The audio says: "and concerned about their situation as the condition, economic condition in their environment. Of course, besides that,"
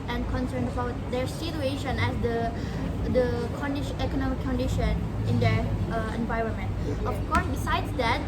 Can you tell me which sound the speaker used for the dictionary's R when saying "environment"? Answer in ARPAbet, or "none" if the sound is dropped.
R